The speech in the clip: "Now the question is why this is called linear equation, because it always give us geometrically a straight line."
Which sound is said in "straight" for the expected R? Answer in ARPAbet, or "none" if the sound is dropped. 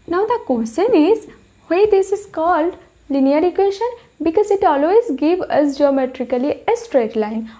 R